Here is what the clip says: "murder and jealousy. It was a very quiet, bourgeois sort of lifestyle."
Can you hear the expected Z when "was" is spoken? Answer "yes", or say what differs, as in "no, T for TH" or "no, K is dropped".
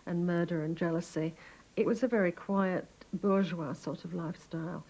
yes